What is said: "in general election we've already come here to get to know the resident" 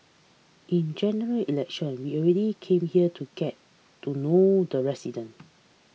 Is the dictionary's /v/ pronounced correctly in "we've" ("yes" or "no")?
no